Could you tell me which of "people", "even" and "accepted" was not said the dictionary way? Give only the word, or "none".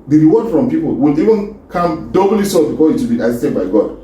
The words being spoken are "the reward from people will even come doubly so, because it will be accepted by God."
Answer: accepted